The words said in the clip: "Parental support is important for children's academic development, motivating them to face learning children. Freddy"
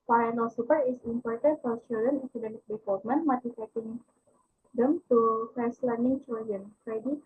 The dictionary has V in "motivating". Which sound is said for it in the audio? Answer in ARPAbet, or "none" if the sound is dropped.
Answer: F